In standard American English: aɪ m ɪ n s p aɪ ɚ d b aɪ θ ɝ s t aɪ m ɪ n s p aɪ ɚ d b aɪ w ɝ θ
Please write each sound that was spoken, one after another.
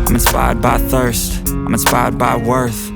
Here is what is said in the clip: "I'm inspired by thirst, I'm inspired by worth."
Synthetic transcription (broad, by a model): aɪ m ɪ n s p aɪ ɚ d b aɪ θ ɝ s t aɪ m ɪ n s p aɪ ɚ d b aɪ w ɝ θ